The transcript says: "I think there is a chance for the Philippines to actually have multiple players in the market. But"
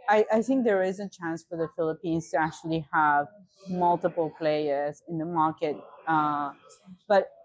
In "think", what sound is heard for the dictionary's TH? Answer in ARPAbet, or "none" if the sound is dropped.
TH